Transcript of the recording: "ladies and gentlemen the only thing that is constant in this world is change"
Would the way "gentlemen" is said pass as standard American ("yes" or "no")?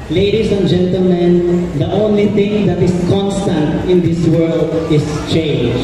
yes